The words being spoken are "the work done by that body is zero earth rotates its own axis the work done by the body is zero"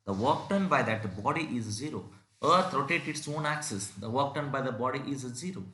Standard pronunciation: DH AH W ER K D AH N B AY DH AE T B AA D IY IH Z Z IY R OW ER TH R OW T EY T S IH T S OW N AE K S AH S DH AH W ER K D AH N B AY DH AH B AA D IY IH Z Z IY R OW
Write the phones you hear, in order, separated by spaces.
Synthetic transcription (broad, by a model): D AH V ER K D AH N B AY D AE T B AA D IY IH Z Z IY R OW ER T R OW T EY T IH T S OW N AE K S AH S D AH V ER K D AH N B AY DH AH B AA D IY IH Z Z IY R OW